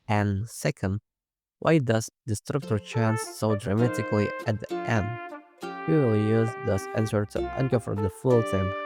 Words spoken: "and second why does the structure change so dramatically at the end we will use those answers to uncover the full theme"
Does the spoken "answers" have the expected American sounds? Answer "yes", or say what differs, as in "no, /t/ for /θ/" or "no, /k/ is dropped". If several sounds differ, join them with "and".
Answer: no, /z/ is dropped